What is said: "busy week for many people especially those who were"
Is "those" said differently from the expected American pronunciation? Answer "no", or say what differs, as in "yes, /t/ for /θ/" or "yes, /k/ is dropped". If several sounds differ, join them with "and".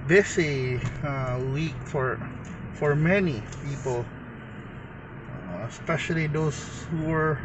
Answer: yes, /s/ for /z/